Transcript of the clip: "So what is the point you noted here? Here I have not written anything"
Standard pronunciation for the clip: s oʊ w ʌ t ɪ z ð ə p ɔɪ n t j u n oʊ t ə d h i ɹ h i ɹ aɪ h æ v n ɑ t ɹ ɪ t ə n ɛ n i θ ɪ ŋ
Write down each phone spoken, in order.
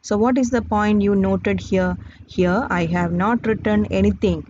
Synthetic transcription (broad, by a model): s oʊ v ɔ t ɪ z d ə p ɔɪ n t j u n oʊ t ə d h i ɹ h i ɹ aɪ h æ v n ɑ t ɹ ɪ t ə n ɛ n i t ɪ ŋ